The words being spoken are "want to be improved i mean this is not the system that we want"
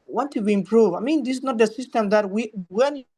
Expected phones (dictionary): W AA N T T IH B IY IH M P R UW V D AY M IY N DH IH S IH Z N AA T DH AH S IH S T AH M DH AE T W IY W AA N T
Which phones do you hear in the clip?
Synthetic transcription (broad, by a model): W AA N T T IH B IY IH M P R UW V AY M IY N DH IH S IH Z N AA T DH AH S IH S T AH M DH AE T W IY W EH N